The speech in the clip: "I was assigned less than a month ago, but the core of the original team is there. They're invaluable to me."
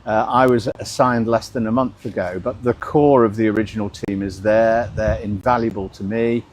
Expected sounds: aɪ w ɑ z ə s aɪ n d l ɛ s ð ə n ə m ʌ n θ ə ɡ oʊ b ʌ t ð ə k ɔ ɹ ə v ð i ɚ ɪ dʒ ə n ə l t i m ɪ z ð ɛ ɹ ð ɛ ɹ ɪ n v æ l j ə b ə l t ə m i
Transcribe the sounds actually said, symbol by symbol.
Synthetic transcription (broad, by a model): aɪ w ɑ z ə s aɪ n d l ɛ s ð ə n ə m ʌ n θ ə ɡ oʊ b ʌ t ð ə k ɔ ɹ ə v ð i ɚ ɪ dʒ ə n ə l t i m ɪ z ð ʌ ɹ ð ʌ ɹ ɪ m v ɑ l j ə b ə l t ə m i